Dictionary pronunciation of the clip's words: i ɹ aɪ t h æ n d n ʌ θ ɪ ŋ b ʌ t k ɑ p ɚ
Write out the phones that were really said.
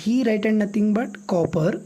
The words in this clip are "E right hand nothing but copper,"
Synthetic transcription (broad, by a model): i ɹ aɪ t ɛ d n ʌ t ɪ ŋ b ʌ t k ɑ p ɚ